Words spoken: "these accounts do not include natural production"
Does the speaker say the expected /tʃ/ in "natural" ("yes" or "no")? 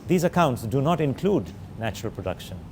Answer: yes